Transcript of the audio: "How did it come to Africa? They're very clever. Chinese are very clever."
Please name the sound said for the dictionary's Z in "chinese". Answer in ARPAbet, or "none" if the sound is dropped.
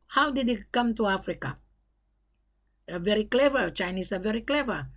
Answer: S